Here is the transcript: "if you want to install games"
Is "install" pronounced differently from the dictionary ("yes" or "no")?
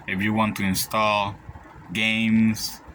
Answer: no